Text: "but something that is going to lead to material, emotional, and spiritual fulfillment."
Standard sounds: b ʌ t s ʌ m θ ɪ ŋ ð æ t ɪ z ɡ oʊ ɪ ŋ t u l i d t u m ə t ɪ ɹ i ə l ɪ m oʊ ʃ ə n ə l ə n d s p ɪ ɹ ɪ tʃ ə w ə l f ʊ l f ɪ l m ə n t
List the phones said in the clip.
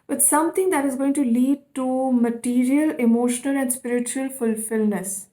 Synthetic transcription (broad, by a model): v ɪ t s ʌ m t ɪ ŋ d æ t ɪ z ɡ oʊ ɪ ŋ t u l i d t u m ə t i ɹ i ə l ɪ m oʊ ʃ ə n ə l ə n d s p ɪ ɹ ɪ tʃ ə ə l f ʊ l f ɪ l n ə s